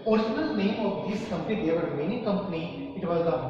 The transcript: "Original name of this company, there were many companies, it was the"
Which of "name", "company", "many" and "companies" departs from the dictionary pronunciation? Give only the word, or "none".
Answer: companies